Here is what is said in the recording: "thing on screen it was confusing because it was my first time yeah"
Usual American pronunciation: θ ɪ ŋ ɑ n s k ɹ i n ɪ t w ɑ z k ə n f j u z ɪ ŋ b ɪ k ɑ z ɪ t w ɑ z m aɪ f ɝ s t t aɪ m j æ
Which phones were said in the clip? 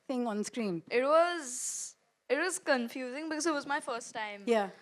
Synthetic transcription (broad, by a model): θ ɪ ŋ ɑ n s k ɹ i n ɪ t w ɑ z k ə n f j u z ɪ ŋ b ɪ k ɑ z ɪ t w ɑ z m aɪ f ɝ s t t aɪ m j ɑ